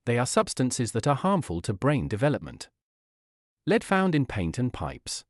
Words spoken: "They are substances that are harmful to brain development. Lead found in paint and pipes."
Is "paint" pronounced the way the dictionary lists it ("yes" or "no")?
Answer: yes